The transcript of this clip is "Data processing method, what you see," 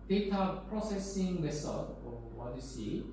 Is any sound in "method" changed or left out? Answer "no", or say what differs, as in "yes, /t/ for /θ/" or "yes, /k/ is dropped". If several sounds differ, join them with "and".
yes, /s/ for /θ/